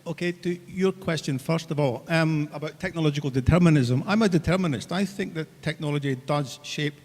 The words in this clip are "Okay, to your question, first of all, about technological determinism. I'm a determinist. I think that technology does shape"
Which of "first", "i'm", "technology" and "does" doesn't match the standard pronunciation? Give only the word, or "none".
none